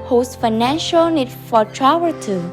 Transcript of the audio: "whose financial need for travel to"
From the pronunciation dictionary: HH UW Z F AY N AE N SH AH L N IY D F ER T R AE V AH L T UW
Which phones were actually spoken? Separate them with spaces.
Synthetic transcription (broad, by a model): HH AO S F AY N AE N SH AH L N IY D F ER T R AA W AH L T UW